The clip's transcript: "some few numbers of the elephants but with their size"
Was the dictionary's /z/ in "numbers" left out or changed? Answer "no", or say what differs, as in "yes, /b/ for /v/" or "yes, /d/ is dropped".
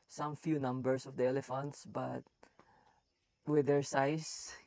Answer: yes, /s/ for /z/